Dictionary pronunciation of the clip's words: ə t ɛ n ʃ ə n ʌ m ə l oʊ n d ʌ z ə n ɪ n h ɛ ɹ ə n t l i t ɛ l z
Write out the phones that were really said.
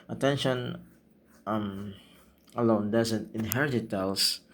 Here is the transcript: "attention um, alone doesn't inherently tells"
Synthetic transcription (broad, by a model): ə t ɛ n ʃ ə n ʌ m ə l oʊ n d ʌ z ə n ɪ n h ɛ ɹ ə t i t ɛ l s